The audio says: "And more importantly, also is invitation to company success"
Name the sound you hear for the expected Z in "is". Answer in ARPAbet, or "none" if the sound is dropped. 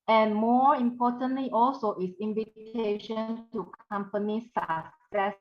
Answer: S